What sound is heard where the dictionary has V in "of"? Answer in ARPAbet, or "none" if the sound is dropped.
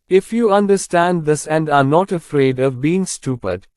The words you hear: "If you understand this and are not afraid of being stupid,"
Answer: V